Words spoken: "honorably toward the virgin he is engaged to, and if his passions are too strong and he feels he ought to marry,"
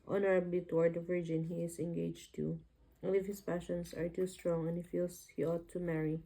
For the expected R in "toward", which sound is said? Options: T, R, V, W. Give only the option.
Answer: R